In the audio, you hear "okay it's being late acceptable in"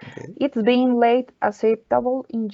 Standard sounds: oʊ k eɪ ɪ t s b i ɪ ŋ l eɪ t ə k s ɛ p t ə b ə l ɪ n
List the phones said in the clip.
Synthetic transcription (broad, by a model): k ɪ t s b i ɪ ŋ l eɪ t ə s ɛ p t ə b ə l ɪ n